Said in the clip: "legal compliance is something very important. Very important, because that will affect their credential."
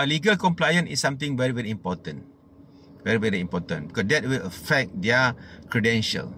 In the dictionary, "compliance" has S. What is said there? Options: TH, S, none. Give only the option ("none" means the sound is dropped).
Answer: none